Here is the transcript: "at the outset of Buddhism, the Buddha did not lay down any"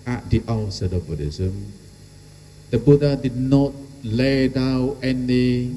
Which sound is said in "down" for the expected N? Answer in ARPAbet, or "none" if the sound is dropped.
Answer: none